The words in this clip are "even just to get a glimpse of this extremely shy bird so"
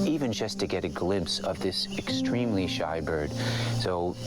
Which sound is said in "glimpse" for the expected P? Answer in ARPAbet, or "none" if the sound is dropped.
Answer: P